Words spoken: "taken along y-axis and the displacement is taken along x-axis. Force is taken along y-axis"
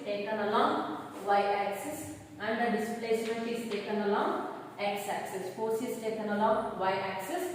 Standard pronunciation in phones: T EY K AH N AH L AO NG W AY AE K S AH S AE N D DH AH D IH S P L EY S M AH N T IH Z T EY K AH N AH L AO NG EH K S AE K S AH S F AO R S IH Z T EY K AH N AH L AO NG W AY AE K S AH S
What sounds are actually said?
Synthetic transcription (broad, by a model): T EY K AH N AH L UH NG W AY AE K S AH S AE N D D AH D IH S P L EY S M AH N T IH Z T EY K AH N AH L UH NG EH K S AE K S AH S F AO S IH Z T EY K AH N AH L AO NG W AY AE K S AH S